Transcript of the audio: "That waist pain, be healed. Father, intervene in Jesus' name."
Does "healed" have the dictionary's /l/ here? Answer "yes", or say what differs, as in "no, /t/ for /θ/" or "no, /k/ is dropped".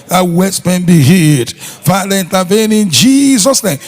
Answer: no, /l/ is dropped